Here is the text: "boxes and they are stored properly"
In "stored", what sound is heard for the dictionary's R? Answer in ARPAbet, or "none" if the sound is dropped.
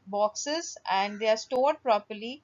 R